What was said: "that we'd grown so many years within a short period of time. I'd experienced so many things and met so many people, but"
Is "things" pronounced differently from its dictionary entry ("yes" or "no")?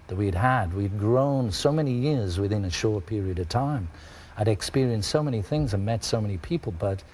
no